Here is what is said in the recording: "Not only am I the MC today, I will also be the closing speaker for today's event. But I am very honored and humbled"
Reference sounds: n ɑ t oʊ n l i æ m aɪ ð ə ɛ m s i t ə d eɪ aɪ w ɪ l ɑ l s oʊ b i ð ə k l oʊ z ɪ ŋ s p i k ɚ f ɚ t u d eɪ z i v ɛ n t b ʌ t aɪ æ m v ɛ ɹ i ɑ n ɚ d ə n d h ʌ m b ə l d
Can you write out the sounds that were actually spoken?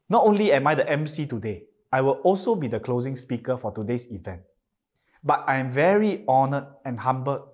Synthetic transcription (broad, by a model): n ɑ t oʊ n l i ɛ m aɪ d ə ɛ m s i t ə d eɪ aɪ w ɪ l ɑ l s oʊ b i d ə k l oʊ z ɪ ŋ s p i k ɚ f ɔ t u d eɪ s i v ɛ n t b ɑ t aɪ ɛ m v ɛ ɹ i ɑ n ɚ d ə n h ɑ m b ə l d